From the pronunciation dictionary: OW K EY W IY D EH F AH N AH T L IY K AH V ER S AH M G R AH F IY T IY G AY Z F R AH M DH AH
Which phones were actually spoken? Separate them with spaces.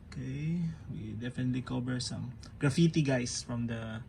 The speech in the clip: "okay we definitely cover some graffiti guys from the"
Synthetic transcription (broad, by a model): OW K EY W IY D EH F AH N AH T L IY K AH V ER S AH M G R AH F IY T IY G AY S F R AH M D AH